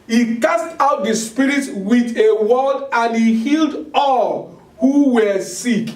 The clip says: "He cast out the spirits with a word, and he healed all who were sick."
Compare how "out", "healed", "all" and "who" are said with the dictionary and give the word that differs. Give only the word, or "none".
none